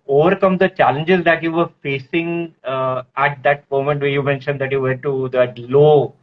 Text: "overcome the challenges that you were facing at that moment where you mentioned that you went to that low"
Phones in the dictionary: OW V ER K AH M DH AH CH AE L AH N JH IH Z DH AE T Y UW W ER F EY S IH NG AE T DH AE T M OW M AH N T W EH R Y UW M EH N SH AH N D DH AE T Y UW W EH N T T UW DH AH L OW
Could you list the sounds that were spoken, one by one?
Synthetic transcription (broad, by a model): OW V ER K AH M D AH CH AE L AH N JH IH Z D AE T Y UW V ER F EY S IH NG AE T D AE T M OW M AH N T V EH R Y UW M EH N SH AH N D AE T Y UW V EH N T T UW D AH L OW